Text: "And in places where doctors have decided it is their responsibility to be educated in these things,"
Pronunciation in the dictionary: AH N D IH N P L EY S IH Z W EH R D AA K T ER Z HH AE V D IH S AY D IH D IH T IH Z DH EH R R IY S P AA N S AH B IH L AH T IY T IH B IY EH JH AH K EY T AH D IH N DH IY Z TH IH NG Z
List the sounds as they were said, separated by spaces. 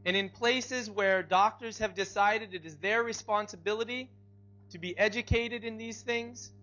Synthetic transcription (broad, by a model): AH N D IH N P L EY S IH Z W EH R D AA K T ER Z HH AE V D IH S AY D IH D IH T IH Z DH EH R R IY S P AA N S AH B IH L AH T IY T IH B IY EH JH AH K EY T AH D IH N DH IY Z TH IH NG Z